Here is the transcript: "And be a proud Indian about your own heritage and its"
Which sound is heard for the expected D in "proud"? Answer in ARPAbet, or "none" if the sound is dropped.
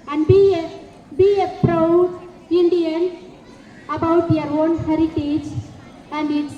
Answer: none